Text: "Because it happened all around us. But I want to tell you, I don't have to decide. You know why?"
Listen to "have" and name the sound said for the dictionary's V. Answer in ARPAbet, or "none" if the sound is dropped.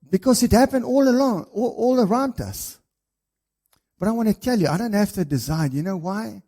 F